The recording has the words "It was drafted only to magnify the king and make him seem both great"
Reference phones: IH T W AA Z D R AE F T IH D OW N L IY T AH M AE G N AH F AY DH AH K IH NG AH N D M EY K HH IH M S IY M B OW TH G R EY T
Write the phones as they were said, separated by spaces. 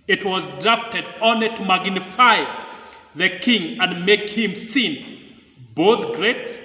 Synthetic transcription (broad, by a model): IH T W AA Z D R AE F T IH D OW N IY T M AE G N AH F AY DH AH K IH NG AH N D M EY K HH IH M S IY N B OW TH G R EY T